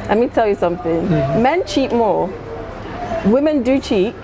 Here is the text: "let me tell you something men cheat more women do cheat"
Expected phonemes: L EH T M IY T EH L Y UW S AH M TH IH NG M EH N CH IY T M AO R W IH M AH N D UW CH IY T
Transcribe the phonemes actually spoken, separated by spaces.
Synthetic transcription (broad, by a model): L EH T M IY T EH L Y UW S AH M TH IH NG M EH N CH IY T M AO W IH M AH N D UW CH IY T